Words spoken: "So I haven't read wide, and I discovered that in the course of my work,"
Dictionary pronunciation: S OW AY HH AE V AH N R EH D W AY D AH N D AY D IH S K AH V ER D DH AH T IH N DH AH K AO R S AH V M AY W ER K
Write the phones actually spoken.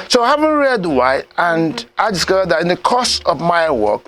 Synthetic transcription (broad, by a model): S OW AY HH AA V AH N R EH D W AY AH N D AY D IH S K AH V ER D DH AH T IH N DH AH K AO S AH V M AY W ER K